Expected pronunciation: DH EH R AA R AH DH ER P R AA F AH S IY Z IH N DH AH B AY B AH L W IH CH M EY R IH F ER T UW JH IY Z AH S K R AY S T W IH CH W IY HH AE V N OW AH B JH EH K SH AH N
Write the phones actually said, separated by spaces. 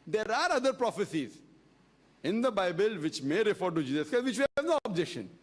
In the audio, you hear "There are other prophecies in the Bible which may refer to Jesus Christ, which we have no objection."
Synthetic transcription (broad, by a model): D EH R AA R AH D ER P R AA F AH S IY Z IH N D AH B AY B AH L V IH CH M EY R IH F ER T UW JH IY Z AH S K AY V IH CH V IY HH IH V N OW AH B JH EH K SH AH N